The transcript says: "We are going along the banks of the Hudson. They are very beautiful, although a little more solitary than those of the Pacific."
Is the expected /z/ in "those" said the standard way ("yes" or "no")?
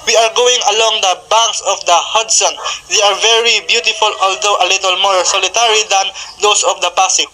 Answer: no